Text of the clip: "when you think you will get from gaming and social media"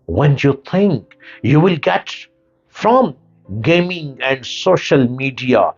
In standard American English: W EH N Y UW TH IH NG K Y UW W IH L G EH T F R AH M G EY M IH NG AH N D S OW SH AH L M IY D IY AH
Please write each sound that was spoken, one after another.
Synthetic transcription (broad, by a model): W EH N Y UW T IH NG K Y UW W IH L G EH T F R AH M G EY M IH NG AH N D S OW SH AH L M IY D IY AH